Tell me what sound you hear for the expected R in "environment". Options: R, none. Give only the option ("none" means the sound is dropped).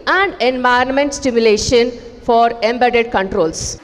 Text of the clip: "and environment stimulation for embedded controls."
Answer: none